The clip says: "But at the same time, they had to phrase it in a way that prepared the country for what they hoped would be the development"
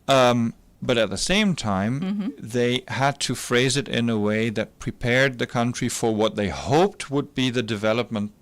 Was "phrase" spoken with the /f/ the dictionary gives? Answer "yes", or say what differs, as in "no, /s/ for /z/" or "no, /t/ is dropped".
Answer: yes